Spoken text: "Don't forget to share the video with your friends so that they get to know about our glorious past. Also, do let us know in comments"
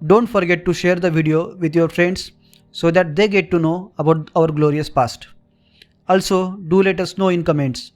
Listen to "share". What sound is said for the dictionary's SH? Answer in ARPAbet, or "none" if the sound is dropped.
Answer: SH